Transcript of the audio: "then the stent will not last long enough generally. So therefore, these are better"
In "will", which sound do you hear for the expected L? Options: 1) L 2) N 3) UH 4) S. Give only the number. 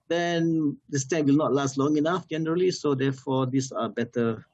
1